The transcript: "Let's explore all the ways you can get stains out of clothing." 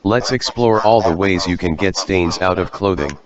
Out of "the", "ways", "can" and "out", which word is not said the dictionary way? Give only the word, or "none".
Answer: none